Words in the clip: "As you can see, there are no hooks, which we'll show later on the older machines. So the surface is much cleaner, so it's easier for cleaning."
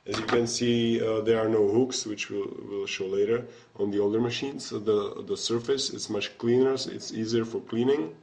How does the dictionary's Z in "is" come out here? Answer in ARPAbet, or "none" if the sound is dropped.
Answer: S